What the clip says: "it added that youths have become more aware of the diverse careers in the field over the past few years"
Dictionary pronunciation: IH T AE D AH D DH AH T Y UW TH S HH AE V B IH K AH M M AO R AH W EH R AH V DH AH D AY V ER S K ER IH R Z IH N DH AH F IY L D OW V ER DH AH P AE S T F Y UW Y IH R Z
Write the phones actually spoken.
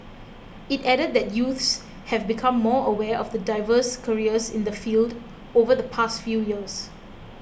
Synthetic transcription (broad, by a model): IH T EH D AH D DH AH T Y UW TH S HH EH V B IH K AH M M AO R AH W EH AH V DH AH D AY V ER S K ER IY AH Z IH N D AH F IY L D OW V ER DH AH P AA S T F Y UW Y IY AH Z